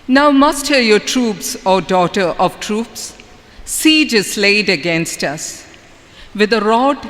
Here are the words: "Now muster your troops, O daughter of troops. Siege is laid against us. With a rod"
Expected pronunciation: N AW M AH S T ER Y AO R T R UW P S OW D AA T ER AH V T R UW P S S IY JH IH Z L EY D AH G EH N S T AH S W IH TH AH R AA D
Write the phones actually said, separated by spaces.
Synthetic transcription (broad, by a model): N AW M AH S T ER Y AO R T R UW P S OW D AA T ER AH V T R UW P S S IY JH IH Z L EY D AH G EH N S T AH S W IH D AH R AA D